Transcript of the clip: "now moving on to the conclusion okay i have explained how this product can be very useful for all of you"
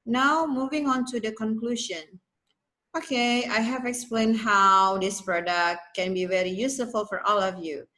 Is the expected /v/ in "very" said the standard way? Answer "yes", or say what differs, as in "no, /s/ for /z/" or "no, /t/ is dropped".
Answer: yes